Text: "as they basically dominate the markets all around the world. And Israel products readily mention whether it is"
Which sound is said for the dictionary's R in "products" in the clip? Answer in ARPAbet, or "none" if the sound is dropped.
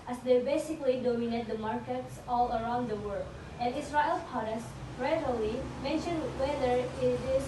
none